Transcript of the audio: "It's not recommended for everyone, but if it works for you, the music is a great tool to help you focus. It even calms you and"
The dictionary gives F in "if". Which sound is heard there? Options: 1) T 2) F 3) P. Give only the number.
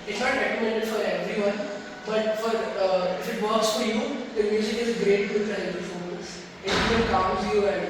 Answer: 2